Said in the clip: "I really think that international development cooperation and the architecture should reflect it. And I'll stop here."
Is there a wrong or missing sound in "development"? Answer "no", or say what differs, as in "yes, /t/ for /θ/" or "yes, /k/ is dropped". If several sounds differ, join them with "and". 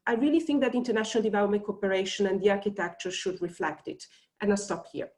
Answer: no